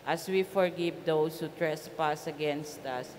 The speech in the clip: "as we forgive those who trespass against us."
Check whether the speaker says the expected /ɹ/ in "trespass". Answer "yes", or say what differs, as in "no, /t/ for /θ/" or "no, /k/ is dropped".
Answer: yes